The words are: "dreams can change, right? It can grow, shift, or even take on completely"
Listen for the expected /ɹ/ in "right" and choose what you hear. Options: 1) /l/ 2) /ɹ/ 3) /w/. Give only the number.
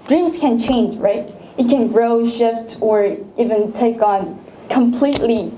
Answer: 2